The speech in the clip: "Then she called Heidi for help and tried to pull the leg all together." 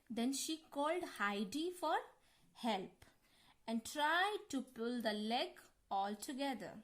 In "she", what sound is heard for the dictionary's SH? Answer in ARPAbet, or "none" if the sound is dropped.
SH